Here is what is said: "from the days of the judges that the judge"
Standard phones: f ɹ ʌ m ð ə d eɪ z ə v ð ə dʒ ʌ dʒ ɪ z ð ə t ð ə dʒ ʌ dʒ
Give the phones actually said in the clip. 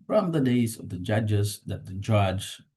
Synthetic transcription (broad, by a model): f ɹ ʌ m ð ə d eɪ z ə v ð ə dʒ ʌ dʒ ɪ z ð ə t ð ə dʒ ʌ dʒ